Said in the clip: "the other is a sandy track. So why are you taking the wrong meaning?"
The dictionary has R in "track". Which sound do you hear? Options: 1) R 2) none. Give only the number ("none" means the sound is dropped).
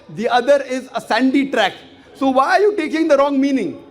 1